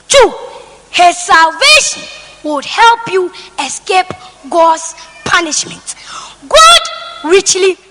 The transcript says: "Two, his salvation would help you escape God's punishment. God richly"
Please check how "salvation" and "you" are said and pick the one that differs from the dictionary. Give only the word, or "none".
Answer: none